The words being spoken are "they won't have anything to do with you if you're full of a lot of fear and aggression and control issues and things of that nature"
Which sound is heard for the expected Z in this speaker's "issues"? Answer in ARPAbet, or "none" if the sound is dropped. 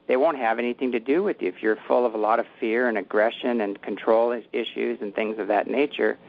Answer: Z